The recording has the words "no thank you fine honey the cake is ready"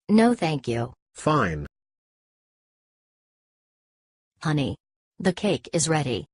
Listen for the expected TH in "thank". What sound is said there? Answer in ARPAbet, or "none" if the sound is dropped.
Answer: TH